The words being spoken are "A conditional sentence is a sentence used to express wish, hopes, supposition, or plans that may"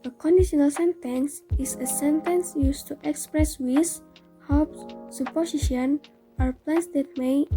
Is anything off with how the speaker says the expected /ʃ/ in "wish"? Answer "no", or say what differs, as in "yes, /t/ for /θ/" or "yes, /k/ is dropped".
yes, /s/ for /ʃ/